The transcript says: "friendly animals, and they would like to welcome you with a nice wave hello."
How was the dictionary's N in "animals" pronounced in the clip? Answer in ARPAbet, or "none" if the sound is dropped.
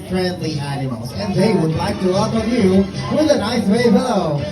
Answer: none